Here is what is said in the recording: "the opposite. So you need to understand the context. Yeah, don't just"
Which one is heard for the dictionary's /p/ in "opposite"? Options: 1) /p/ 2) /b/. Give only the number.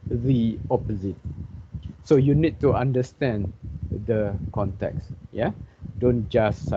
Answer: 1